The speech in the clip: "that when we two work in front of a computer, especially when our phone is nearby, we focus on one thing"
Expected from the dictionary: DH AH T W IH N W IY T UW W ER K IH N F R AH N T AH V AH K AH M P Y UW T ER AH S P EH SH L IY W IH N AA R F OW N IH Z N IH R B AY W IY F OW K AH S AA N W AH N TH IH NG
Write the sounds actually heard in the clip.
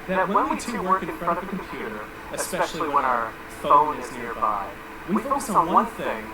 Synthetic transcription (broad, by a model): DH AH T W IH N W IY T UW W ER K IH N F R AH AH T AH V AH K M P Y UW T ER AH S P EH SH L IY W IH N AA R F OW L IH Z N IH R B AY W IY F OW AH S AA W AH N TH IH NG